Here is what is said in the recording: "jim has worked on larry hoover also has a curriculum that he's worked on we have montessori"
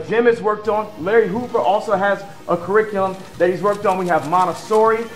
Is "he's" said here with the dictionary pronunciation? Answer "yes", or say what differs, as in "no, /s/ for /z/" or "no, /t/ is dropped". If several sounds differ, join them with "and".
yes